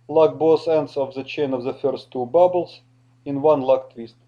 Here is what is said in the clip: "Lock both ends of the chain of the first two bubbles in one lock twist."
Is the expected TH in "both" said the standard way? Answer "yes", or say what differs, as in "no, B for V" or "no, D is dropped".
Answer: no, S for TH